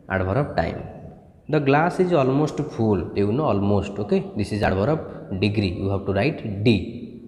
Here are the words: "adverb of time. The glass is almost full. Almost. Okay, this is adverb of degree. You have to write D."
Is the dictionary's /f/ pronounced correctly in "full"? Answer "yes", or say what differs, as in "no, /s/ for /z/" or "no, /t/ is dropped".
no, /p/ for /f/